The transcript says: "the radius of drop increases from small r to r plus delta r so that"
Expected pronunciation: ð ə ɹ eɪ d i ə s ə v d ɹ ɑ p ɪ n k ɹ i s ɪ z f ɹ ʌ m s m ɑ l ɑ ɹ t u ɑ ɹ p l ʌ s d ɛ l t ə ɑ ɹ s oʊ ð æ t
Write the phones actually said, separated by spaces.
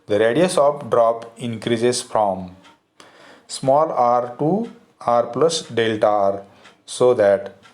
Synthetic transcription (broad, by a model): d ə ɹ eɪ d i ə s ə p d ɹ ɑ p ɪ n k ɹ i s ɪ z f ɹ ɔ m s m ɑ l ɑ ɹ t u ɑ ɹ p l ʌ s d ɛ l t ɑ ɹ s oʊ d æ t